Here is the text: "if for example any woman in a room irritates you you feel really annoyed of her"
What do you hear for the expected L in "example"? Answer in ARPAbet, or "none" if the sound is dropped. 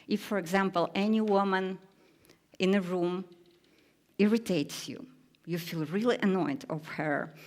L